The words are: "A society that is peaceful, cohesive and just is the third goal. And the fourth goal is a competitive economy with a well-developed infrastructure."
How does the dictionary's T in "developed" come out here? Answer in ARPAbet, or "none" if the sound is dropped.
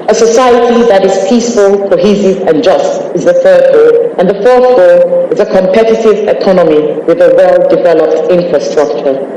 T